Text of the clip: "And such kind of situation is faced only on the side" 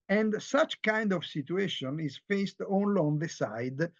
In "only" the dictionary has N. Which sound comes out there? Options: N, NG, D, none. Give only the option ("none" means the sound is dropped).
N